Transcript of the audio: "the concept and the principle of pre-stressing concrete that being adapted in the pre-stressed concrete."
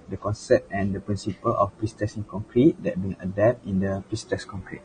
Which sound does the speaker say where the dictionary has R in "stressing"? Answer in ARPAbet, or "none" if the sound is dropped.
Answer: none